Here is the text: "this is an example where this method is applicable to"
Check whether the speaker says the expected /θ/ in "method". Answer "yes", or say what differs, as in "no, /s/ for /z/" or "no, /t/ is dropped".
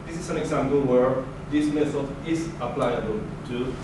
no, /s/ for /θ/